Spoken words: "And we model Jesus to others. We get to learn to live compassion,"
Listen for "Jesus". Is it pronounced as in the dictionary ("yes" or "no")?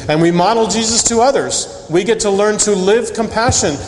yes